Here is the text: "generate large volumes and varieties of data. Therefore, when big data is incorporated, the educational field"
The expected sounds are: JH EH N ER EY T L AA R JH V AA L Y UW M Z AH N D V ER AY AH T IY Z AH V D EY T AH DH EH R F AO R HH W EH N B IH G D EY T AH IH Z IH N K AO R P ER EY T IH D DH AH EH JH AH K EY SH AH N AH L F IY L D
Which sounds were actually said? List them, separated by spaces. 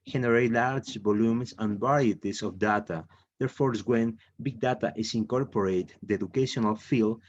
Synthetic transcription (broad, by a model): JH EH N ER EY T L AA R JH B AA L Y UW M S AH N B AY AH T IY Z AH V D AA T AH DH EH R F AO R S W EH N B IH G D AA T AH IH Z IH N K AO R P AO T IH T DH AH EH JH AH K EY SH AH N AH L F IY L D